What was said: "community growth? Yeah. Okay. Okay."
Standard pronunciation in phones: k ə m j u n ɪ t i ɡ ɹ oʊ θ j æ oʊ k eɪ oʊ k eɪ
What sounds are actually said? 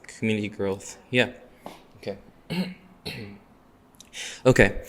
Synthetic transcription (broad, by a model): k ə m j u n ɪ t i ɡ ɹ oʊ θ j æ oʊ k eɪ oʊ k eɪ